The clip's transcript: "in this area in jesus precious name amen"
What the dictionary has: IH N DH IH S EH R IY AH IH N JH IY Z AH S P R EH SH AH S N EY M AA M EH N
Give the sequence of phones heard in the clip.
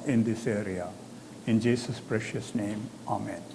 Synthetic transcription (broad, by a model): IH N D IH S EH R IY AH IH N JH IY S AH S P R EH SH AH S N EY M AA M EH N